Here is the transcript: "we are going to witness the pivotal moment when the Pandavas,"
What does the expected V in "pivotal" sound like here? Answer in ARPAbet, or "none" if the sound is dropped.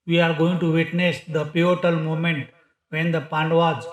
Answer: none